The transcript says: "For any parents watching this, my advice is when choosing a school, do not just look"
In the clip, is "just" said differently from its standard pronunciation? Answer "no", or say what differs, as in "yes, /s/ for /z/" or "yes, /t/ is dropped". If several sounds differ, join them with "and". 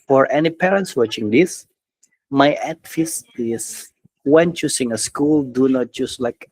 yes, /tʃ/ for /dʒ/